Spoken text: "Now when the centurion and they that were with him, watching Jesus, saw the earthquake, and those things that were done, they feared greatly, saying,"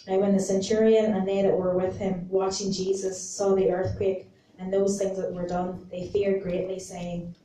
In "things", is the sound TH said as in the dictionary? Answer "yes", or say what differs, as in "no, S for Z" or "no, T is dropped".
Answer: yes